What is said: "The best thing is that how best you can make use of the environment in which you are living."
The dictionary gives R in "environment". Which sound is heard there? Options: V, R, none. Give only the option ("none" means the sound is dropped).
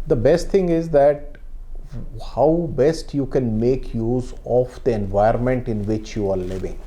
none